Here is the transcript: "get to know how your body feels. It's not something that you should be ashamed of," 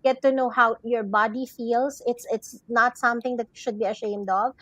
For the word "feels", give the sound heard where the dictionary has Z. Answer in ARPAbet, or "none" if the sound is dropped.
S